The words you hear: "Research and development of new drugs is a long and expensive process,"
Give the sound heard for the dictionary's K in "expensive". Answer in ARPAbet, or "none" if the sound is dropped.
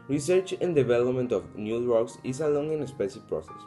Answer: none